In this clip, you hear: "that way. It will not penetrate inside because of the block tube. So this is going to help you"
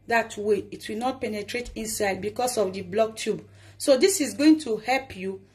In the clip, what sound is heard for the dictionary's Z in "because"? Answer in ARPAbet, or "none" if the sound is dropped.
S